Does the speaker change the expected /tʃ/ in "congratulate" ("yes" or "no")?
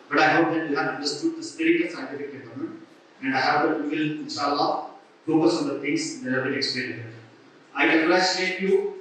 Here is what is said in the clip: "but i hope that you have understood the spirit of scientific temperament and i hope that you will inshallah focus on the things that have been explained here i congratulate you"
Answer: yes